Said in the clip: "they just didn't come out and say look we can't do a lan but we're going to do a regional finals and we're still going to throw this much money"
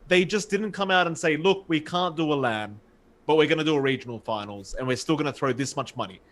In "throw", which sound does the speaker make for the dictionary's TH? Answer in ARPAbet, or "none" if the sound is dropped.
TH